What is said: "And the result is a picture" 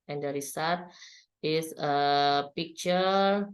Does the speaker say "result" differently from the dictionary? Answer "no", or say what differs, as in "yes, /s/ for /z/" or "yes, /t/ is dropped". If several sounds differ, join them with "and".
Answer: yes, /s/ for /z/ and /l/ is dropped